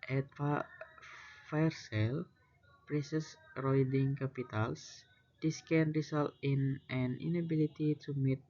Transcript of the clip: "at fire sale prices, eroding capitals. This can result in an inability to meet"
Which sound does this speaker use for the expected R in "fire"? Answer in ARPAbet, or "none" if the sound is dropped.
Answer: R